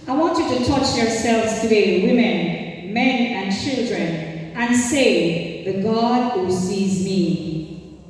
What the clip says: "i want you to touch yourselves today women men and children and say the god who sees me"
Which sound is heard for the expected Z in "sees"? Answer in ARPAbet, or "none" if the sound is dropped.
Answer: Z